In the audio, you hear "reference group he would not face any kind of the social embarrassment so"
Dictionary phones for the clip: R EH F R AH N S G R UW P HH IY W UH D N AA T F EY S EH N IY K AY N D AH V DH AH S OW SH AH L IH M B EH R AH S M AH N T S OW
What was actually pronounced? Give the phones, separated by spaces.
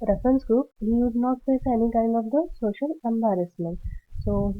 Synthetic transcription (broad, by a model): R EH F R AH N S G R UW P HH IY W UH D N AA T P EY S EH N IY K AY N D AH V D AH S OW SH AH L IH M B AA R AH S M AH N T S OW